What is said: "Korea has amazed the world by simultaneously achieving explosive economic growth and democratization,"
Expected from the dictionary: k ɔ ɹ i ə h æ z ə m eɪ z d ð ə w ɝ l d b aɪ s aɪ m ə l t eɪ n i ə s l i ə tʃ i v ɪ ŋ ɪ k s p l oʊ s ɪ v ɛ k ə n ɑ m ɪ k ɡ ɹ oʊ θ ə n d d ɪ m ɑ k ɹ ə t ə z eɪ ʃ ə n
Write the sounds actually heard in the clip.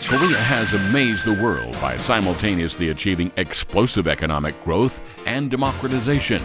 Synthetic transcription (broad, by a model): k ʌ ɹ i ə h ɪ z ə m eɪ z ð ə w ɝ l d b aɪ s aɪ m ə l t eɪ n i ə s l i ə tʃ i v ɪ ŋ ɪ k s p l oʊ s ɪ v ɛ k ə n ɑ m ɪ k ɡ ɹ oʊ θ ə n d d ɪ m ɑ k ɹ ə t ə z eɪ ʃ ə n